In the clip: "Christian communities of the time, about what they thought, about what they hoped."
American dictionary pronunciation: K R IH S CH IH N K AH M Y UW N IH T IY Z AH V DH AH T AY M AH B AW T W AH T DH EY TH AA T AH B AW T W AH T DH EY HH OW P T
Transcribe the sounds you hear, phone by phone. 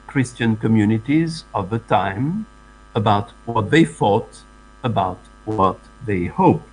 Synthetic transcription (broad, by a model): K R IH S CH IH N K AH M Y UW N IH T IY Z AH V DH AH T AY M AH B AW T W AH T DH EY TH AA T AH B AW T W AH T DH EY HH OW P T